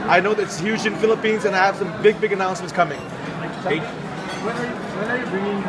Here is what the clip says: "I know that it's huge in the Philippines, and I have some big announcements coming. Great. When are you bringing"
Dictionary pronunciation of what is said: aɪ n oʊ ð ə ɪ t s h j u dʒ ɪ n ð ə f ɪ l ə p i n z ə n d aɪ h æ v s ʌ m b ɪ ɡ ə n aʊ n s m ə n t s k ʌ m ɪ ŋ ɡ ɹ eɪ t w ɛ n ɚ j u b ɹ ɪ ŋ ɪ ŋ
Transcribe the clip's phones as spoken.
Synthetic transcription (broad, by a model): aɪ n oʊ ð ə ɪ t s h j u dʒ ɪ n f ɪ l ə p i n z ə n aɪ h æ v s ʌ m b ɪ ɡ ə n aʊ n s m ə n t s k ʌ m ɪ ŋ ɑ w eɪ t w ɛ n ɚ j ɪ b ɹ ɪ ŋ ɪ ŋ